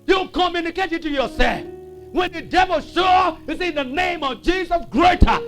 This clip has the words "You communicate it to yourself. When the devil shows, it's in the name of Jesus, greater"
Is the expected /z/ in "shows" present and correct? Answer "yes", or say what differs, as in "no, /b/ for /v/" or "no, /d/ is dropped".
no, /z/ is dropped